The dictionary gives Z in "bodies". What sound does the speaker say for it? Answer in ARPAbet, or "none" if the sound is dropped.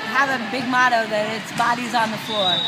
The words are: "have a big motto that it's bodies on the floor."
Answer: Z